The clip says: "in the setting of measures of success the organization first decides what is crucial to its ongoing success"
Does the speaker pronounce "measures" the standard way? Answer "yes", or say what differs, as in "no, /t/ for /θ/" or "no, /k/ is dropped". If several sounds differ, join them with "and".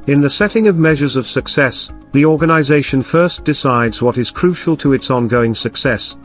yes